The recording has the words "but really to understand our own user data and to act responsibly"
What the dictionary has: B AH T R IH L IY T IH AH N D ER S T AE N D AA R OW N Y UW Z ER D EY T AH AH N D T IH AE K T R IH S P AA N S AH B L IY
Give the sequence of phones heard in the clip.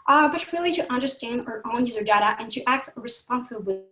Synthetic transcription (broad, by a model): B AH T R IH L IY T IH AH N D ER S T AE N D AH R OW N Y UW Z ER D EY T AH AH N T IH AE K T R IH S P AA N S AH B L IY